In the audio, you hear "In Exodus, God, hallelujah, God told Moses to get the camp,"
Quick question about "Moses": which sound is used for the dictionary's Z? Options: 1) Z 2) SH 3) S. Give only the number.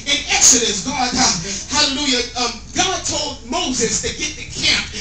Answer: 1